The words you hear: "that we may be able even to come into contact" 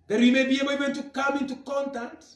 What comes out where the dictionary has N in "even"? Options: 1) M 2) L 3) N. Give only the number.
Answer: 2